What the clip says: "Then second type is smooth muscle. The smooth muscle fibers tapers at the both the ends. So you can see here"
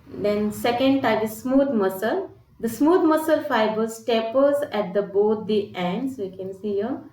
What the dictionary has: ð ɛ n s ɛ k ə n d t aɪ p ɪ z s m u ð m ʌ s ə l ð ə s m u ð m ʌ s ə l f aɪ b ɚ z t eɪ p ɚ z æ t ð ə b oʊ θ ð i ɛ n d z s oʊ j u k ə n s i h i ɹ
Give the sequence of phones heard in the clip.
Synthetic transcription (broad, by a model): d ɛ n s ɛ k ə n d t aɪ ɪ s m u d m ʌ s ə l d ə s m u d m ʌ s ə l f aɪ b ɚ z t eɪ p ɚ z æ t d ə b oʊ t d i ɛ n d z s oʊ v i k ə n s i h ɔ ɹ